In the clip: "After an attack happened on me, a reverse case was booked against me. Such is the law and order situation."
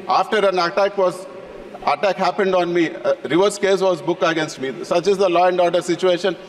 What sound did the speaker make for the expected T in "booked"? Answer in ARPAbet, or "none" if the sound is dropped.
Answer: none